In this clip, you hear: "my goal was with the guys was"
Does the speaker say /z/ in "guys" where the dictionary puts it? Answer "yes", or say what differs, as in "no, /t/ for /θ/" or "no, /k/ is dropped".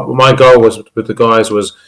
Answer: yes